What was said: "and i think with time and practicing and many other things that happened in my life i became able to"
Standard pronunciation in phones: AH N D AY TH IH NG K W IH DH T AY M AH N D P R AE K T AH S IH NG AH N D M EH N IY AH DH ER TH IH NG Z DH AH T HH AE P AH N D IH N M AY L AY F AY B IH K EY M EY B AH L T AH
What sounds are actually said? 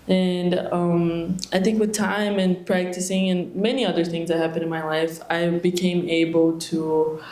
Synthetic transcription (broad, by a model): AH N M AY TH IH NG K W IH DH T AY M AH N P R AE K T AH S IH NG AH N M EH N IY AH DH ER TH IH NG Z DH AH T HH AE P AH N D IH N M AY L AY F AY B IH K EY M EY B L T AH